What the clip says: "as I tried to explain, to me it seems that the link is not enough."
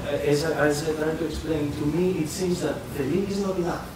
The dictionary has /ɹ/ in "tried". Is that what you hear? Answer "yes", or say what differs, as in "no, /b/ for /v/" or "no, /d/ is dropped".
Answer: no, /l/ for /ɹ/